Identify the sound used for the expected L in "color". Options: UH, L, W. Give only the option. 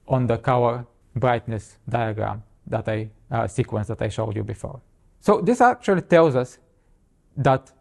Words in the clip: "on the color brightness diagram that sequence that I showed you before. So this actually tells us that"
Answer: W